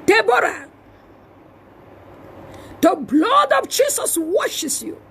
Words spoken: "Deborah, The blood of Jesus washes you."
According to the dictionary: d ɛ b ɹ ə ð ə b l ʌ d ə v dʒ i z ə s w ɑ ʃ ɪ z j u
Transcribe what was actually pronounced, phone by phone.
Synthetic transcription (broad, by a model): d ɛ b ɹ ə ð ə b l ʌ d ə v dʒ i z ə s w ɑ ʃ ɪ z j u